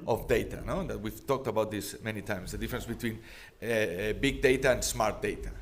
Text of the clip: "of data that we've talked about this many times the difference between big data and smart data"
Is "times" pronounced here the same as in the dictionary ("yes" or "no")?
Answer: no